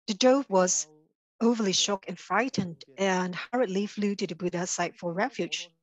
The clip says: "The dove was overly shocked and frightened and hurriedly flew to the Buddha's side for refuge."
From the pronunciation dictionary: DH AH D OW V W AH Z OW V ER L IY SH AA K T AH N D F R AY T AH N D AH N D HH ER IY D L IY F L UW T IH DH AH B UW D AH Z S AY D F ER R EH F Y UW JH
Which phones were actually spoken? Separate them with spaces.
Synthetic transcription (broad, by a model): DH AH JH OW B W AH Z OW V ER L IY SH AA K AH N F R AY T AH N D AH N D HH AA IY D L IY F L UW T IH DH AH B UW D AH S AY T F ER R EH F Y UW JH